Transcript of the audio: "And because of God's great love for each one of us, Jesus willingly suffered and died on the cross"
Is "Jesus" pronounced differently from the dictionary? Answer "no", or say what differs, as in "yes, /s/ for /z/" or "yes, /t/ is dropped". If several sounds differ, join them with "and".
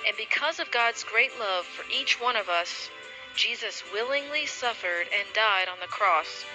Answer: no